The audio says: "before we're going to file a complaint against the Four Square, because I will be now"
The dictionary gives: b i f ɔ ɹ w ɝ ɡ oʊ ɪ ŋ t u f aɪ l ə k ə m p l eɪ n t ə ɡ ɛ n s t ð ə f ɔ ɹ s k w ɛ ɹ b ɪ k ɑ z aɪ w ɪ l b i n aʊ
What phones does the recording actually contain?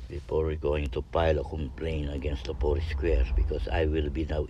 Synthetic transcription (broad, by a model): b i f ɔ ɹ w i ɡ oʊ ɪ ŋ t u p aɪ l ə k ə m p l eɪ n ə ɡ ɛ n s t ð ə p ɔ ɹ s k w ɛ ɹ b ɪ k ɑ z aɪ w ɪ l b i n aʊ